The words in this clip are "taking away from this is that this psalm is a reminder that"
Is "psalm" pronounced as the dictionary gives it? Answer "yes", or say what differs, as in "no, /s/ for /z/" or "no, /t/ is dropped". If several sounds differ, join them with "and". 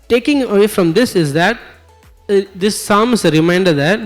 yes